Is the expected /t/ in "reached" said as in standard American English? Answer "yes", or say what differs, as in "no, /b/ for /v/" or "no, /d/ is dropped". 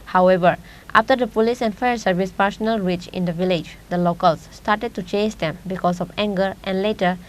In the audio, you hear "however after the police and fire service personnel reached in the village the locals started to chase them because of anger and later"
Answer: no, /t/ is dropped